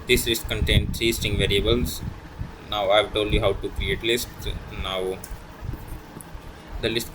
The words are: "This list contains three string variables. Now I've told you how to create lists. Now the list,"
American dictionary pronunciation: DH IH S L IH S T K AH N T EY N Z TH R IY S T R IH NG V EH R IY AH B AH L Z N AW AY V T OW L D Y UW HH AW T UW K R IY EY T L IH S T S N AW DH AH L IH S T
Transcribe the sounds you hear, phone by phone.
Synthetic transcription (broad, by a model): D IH S L IH S T K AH N T EY N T R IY S T IH NG V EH R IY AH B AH L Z N AW AY V T OW L D Y UW HH AW T UW K R IY EY T L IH S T N AW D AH L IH S T